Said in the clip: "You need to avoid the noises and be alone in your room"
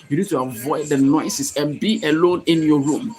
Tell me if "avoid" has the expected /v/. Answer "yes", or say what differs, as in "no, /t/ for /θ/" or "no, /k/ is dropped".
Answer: yes